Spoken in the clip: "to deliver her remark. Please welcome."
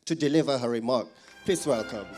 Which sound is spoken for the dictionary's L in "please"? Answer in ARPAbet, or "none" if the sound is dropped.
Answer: none